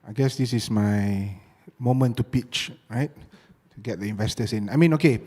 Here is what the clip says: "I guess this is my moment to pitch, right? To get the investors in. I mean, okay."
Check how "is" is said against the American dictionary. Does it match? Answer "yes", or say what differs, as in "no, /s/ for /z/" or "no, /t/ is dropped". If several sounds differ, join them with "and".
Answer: no, /s/ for /z/